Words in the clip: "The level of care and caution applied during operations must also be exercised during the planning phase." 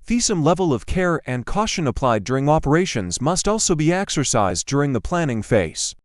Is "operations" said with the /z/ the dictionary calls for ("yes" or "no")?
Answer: yes